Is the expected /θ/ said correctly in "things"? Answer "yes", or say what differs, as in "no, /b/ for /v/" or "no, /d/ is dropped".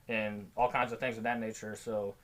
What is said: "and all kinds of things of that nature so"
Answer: yes